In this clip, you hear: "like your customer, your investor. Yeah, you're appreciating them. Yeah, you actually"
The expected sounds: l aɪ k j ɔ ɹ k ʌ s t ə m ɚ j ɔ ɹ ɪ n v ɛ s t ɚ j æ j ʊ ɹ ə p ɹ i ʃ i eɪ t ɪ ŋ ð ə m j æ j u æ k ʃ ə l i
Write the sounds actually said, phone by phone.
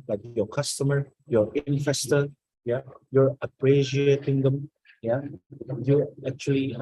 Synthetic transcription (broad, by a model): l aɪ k j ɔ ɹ k ʌ s t ə m ɚ j ɔ ɹ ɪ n f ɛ s t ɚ j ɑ j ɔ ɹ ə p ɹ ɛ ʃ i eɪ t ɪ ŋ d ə m j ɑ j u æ k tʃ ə l i